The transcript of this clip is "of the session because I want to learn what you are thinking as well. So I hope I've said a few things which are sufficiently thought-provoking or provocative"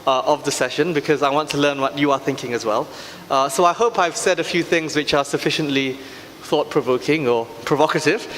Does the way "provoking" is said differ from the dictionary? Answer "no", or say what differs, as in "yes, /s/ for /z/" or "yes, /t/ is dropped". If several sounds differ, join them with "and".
no